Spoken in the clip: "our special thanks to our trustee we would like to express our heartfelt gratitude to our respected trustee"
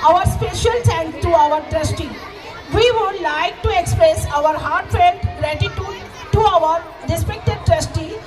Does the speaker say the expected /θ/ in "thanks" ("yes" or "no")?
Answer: no